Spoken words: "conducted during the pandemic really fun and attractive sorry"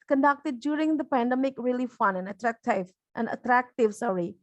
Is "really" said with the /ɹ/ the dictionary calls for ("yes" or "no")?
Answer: yes